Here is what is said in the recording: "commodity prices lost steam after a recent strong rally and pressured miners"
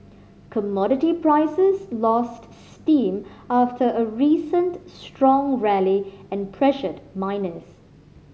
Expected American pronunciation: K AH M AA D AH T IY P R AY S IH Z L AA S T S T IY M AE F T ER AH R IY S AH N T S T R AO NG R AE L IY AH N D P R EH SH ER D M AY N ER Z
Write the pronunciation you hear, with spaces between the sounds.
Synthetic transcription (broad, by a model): K AH M AA D AH T IY P R AY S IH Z L AA S T S T IY M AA F T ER AH R IY S AH N T S T R AO NG R AE L IY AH N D P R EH SH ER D M AY N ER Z